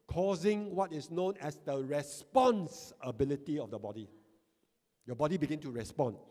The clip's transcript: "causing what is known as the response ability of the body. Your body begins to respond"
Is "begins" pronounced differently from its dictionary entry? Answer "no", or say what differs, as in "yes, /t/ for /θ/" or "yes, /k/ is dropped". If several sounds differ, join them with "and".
yes, /z/ is dropped